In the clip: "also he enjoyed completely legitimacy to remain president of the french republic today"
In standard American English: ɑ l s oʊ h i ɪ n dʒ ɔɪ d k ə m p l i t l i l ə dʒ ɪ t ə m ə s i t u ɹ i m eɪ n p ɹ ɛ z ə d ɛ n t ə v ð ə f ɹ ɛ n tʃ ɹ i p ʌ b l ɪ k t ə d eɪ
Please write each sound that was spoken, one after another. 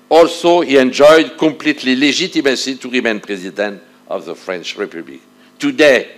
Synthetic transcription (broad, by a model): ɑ l s oʊ h i ɪ n dʒ ɔɪ d k ə m p l i t l i l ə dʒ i t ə m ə s i t u ɹ i m eɪ n p ɹ ɛ z ə d ɛ n t ə v ð ə f ɹ ɛ n tʃ ɹ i p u b l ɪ k t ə d eɪ